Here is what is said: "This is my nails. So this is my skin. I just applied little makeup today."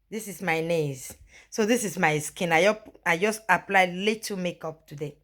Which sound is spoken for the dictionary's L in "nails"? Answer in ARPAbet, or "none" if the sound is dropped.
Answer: none